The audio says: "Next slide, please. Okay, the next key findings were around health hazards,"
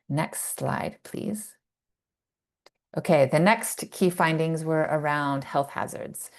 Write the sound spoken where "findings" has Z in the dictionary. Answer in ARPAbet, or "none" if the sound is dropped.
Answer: Z